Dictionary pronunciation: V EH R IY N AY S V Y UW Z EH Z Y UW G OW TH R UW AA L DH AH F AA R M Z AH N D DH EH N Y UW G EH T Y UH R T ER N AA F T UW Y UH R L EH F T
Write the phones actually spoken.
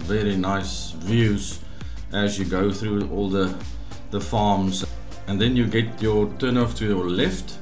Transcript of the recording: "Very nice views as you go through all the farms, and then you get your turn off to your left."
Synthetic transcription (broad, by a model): V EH R IY N AY S V Y UW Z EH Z Y UW G OW TH R UW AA L DH AH F AA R M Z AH N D DH EH N Y UW G EH T Y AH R T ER N AA F T UW Y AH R L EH F T